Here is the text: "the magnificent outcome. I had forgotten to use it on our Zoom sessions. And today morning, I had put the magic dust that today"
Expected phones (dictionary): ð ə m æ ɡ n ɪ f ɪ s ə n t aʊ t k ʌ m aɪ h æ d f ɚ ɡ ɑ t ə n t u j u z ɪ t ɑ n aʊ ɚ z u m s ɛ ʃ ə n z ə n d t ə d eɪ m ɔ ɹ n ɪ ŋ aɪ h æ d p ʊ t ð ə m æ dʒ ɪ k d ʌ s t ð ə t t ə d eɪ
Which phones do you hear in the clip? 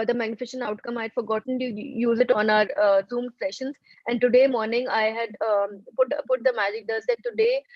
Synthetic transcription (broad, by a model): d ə m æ ɡ n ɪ f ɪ ʃ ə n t aʊ t k ʌ m aɪ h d f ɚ ɡ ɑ t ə n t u j u z ɪ t ɑ n aʊ ɚ z u m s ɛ ʃ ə n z ə n d t ə d eɪ m ɔ ɹ n ɪ ŋ aɪ h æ d p ʊ t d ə m æ dʒ ɪ k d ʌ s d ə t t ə d eɪ